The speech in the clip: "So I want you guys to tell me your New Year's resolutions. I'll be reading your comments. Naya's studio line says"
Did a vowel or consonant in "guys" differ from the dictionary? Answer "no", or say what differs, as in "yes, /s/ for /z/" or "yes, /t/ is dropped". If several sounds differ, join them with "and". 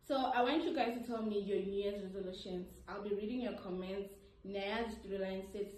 yes, /z/ is dropped